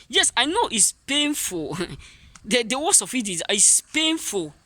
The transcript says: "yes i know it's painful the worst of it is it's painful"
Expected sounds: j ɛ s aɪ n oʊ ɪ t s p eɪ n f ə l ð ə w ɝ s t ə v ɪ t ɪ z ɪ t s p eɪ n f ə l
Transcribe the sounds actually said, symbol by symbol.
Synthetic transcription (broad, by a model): j ɛ s aɪ n oʊ ɪ t s p eɪ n f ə l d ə w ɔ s ə f ɪ t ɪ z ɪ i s p eɪ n f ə l